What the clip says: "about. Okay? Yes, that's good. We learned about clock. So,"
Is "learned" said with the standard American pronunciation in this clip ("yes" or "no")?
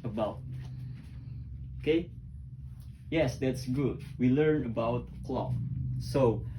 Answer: no